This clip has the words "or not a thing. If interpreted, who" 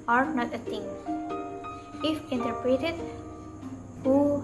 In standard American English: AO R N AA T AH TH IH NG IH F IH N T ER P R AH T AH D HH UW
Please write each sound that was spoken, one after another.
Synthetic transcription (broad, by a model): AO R N AA T AH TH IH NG IH F IH N T ER P R AH T AH D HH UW